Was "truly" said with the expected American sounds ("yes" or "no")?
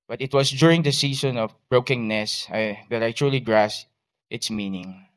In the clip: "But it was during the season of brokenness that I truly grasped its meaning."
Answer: yes